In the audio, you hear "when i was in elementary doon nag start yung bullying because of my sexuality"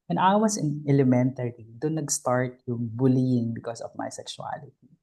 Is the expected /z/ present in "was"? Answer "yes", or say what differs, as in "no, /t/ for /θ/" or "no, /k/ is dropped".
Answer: no, /s/ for /z/